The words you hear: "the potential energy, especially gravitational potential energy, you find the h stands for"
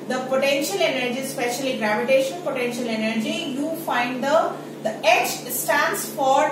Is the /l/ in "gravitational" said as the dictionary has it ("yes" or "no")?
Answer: no